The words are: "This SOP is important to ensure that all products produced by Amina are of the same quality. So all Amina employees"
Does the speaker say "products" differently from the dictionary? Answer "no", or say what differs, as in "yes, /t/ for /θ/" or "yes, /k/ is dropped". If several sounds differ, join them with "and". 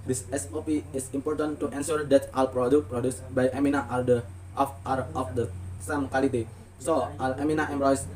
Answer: yes, /s/ is dropped